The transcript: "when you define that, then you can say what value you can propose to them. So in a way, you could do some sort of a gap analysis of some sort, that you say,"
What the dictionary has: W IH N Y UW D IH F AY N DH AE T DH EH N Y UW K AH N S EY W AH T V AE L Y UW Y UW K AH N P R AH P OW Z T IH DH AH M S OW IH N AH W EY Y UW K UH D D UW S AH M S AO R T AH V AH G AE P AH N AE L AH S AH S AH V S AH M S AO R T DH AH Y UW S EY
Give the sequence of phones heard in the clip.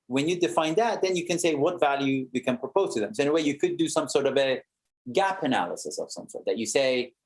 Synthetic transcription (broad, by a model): W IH N Y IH D IH F AY N DH AE T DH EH N Y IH K AH N S EY W AH T V AE L Y UW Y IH K AH N P R AH P OW Z T IH DH AH M S OW IH N AH W EY Y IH K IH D D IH S AH M S AO R T AH V AH G AE P AH N AE L AH S AH S AH V S AH M S AO R T DH AH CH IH S EY